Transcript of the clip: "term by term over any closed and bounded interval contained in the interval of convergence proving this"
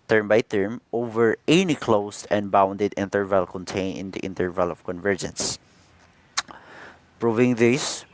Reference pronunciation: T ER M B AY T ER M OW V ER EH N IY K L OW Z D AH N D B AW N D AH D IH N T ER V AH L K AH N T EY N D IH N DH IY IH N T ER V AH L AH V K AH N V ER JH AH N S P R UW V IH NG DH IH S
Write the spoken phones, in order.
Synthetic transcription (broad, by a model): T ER M B AY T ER M OW V ER EH N IY K L OW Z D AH N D B AW N D AH D IH N T ER V AH L K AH N T EY N IH N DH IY IH N T ER V AH L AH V K AH N V ER JH AH N S P R UW V IH NG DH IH S